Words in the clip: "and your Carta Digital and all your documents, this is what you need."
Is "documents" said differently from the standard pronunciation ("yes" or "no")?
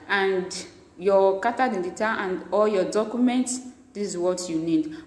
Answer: no